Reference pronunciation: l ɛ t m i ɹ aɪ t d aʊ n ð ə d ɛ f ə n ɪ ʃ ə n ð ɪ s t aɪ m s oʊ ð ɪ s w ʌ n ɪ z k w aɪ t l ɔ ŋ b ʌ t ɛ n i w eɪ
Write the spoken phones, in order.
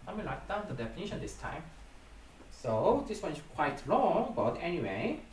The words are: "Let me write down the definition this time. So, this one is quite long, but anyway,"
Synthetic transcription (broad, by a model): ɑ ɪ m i l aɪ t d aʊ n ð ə d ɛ f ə n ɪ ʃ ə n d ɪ s t aɪ m s oʊ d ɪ s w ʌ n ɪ s k w aɪ t l ɔ ŋ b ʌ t ɛ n i w eɪ